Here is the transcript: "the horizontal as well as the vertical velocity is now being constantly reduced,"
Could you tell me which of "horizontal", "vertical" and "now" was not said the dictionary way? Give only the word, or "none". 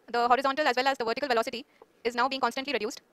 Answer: none